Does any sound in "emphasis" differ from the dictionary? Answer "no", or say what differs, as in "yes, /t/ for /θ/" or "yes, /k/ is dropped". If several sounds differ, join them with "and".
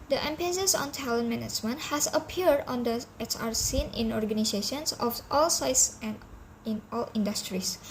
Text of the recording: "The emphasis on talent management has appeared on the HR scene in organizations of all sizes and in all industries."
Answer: yes, /p/ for /f/